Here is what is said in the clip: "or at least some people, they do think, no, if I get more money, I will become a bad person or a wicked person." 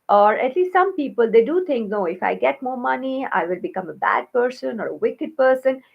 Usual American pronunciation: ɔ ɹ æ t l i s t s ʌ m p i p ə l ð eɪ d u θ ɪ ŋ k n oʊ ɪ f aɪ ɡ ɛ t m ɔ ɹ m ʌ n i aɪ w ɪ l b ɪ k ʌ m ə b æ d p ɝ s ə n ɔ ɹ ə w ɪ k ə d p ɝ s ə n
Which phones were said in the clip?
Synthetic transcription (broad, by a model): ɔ ɹ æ t l i s t s ʌ m p i p ə l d eɪ d u t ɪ ŋ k n oʊ ɪ f aɪ ɡ ɛ t m ɔ ɹ m ʌ n i aɪ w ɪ l b ɪ k ʌ m ə b æ d p ɝ s ə n ɔ ɹ ə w ɪ k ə d p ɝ s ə n